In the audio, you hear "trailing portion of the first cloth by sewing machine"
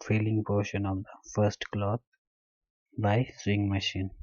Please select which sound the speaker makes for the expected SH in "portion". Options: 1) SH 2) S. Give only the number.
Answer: 1